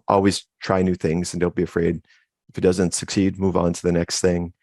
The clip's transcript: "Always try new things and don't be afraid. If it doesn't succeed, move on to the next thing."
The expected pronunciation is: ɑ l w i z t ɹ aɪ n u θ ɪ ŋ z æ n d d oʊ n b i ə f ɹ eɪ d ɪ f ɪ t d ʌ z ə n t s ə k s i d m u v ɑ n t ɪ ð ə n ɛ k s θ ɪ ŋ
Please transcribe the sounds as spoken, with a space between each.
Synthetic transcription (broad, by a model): ɑ l w i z t ɹ aɪ n u θ ɪ ŋ z n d d oʊ n b i ə f ɹ eɪ d ɪ f ɪ t d ʌ z ə n t s ə k s i d m u v n t ɪ ð ə n ɛ k s θ ɪ ŋ